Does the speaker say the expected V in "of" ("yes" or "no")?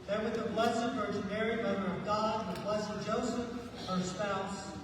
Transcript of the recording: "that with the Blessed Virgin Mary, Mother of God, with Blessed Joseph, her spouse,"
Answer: yes